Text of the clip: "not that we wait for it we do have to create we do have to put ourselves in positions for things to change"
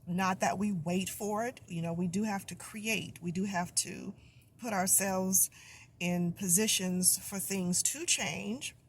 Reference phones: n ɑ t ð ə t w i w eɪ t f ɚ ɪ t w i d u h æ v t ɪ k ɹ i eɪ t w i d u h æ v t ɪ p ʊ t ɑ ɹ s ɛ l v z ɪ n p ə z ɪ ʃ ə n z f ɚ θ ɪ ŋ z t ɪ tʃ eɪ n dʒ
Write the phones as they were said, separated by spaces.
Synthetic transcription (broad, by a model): n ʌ t ð ə t w i w eɪ t f ɚ ɪ t w i d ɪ h æ f t ɪ k ɹ i eɪ t w i d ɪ h æ f t ɪ p ʊ t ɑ ɹ s ɛ l v z ɪ n p ə z ɪ ʃ ə n z f ɚ θ ɪ ŋ z t ɪ tʃ eɪ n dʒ